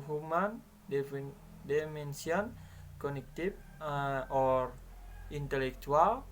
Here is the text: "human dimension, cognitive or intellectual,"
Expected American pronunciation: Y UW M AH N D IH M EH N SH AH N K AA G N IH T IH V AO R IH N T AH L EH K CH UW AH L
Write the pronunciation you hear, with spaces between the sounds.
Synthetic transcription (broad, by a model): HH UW M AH N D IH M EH N S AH N K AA N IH T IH F AO R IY N T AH L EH K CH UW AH L